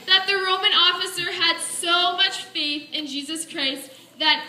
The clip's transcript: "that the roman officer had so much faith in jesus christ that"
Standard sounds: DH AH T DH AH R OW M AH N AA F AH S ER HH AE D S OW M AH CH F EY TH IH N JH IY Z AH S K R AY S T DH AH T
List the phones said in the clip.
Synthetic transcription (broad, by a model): DH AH T DH AH R OW M AH N AA F AH S ER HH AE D S OW M AH CH F EY TH IH N JH IY Z AH S K R AY S T DH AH T